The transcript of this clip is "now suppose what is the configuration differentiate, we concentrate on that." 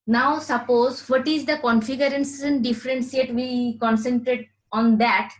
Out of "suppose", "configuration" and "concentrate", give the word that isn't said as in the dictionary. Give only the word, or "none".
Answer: configuration